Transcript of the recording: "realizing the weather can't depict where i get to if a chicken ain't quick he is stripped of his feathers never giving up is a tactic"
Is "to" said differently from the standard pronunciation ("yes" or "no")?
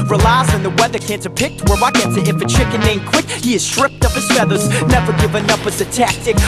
yes